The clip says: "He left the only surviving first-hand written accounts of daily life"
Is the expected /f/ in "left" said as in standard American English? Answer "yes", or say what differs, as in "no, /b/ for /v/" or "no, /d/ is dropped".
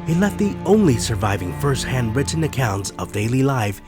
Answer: no, /f/ is dropped